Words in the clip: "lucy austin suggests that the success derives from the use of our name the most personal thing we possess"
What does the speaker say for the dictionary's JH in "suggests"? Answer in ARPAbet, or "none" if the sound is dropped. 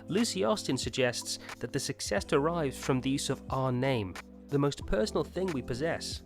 JH